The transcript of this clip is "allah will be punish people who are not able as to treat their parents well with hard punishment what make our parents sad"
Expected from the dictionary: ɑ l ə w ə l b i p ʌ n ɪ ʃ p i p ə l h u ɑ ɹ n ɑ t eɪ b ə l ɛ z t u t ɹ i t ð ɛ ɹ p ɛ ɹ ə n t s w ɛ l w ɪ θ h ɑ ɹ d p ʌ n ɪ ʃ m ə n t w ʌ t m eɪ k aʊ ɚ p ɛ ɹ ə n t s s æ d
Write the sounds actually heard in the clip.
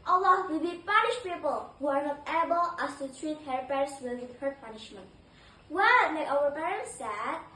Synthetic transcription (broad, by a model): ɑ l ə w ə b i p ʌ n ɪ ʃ p i p ə l h u ɑ ɹ n ɑ t eɪ b ə l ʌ s t u t ɹ i t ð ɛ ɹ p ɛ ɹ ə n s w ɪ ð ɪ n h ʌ ɹ p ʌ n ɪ ʃ m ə n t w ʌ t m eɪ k aʊ ɚ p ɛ ɹ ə n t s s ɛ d